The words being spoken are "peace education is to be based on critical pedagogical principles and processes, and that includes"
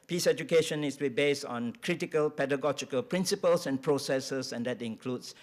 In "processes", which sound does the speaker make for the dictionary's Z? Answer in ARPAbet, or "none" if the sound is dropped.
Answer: S